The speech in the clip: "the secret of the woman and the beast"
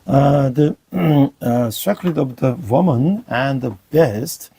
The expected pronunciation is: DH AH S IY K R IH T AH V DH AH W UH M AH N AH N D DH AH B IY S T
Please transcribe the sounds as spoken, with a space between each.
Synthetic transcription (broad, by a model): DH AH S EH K L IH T AH V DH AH W UH M AH N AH N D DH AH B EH S T